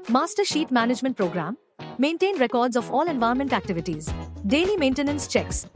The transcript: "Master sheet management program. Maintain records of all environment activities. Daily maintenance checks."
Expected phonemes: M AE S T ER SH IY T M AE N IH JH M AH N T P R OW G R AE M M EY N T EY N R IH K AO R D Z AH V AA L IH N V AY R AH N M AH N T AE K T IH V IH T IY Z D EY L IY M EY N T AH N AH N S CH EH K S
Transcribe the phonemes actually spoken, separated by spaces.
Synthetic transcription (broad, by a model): M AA S T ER SH IY T M AE N IH JH M AH N T P R OW G R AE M M EY N T EY N R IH K AO R D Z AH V AA L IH N V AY AH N M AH N T AE K T IH V IH T IY Z D EY L IY M EY N T AH N AH N S CH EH K S